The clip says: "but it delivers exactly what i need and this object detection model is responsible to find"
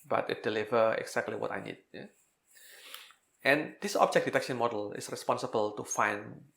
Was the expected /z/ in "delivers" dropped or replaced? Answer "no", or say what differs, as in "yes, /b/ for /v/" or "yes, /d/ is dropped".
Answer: yes, /z/ is dropped